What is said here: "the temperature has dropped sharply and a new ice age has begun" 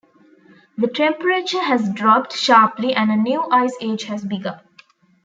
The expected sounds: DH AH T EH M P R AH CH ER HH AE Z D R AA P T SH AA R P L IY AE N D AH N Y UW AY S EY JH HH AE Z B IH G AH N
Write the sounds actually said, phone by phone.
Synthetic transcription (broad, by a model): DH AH T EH M P R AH CH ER HH AE Z D R AA P T SH AA R P L IY AE N D AH N Y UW AY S EY JH HH AE Z B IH G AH